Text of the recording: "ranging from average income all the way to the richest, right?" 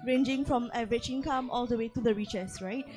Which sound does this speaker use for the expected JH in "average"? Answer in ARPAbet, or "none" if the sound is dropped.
CH